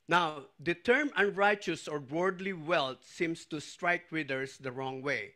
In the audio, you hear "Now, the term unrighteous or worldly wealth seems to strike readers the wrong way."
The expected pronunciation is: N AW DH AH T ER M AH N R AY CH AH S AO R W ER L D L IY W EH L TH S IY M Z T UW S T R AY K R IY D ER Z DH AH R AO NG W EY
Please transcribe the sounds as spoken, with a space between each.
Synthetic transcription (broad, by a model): N AW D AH T ER M AH N R AY CH AH S AO R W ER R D L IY W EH L T S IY M S T UW S T R AY K W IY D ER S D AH R AO NG W EY